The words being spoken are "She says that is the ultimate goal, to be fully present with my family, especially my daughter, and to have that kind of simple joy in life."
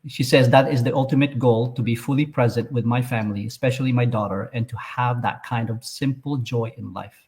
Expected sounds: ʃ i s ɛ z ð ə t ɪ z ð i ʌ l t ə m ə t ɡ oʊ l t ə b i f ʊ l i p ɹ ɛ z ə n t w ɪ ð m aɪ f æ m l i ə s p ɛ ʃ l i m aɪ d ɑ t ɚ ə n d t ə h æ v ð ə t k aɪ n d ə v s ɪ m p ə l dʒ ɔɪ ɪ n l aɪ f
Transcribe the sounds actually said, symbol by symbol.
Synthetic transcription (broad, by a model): ʃ i s ɛ z ð ə t ɪ z ð i ʌ l t ə m ə t ɡ oʊ l t ə b i f ʊ l i p ɹ ɛ z ə n t w ɪ ð m aɪ f æ m l i ə s p ɛ ʃ l i m aɪ d ɑ t ɚ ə n t ə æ v ð ə t k aɪ n d ə v s ɪ m p l dʒ ɔɪ ɪ n l aɪ f